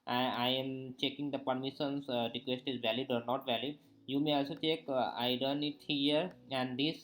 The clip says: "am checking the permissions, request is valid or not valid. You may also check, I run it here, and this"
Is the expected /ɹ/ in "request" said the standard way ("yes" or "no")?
yes